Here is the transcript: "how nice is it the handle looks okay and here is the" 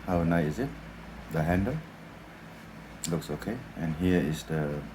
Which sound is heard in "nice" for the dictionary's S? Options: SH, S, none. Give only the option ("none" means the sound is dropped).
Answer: none